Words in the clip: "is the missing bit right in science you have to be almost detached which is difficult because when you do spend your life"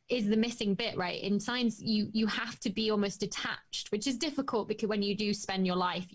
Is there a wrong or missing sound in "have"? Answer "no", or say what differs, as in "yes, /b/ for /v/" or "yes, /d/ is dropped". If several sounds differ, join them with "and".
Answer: yes, /f/ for /v/